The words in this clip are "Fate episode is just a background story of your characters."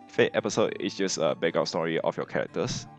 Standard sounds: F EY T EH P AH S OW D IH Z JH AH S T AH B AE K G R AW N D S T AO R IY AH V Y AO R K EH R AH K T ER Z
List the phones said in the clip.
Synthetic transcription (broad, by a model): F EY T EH P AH S OW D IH S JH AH S AH B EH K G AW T S T AO R IY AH F Y AO K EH R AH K T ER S